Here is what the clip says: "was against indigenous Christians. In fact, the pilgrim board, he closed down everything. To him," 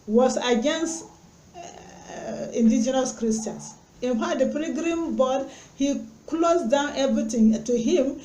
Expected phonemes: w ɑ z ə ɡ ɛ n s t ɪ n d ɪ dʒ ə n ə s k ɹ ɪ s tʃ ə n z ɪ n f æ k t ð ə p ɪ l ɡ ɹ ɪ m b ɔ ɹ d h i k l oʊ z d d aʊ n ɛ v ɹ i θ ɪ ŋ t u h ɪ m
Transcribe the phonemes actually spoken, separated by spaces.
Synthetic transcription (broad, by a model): w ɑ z ə ɡ ɛ n s t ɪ n d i dʒ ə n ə s k ɹ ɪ s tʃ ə n s ɪ n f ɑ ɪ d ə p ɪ ɡ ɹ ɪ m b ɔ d h i k l oʊ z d d aʊ n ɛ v ɹ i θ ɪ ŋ t u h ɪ m